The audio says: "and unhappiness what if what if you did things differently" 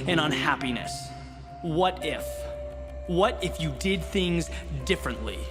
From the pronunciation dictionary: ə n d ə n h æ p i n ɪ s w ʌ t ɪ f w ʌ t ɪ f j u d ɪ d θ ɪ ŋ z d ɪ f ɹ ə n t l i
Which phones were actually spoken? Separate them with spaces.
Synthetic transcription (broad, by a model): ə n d ə n h æ p i n ɪ s w ʌ t ɪ f w ʌ t ɪ f j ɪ d ɪ d θ ɪ ŋ z d ɪ f ɹ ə n t l i